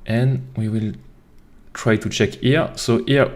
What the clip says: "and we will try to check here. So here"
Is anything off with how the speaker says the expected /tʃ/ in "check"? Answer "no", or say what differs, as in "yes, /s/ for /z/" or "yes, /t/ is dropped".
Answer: no